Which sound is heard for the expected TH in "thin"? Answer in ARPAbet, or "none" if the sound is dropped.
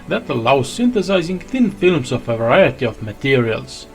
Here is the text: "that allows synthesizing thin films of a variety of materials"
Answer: TH